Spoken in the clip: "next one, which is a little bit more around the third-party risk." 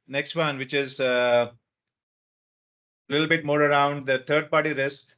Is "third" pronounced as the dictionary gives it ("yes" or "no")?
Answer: no